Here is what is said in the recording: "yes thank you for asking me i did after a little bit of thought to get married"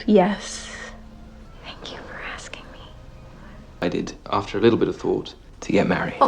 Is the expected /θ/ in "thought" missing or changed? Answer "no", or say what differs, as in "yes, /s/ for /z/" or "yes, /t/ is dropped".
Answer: no